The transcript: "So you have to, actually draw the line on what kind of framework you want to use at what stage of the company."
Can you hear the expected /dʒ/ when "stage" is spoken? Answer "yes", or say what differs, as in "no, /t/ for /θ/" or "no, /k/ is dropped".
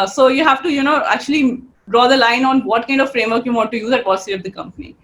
no, /dʒ/ is dropped